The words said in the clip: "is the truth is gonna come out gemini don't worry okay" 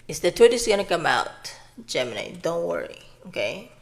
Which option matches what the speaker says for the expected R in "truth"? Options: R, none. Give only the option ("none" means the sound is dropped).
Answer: none